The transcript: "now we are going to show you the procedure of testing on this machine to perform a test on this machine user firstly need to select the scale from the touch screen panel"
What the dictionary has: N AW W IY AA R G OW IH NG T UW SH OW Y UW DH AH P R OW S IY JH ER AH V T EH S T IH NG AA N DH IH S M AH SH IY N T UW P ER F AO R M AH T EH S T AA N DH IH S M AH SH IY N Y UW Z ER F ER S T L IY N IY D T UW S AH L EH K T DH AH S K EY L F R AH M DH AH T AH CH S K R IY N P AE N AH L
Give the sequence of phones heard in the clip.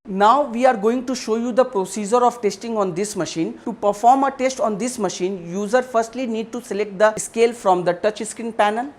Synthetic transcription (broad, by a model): N AW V IY AA R G OW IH NG T UW SH OW Y UW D AH P R OW S IY JH ER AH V T EH S T IH NG AA N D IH S M AH SH IY N T UW P ER F AO R M AH T EH S T AA N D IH S M AH SH IY N Y UW Z ER F ER S T L IY N IY D T UW S AH L EH K T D AH S K EY L F R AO M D AH T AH CH S K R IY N P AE N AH L